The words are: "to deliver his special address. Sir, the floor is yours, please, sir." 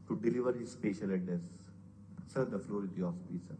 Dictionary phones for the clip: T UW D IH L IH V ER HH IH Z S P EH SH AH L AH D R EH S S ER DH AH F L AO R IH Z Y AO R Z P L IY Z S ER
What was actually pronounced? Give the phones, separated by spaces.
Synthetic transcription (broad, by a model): T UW D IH L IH V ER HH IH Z S P EH SH AH L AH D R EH S S ER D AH F L AO R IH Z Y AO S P IY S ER